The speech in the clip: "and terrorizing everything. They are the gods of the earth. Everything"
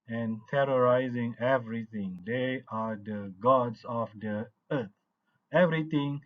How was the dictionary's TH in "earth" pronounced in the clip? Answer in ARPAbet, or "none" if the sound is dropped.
T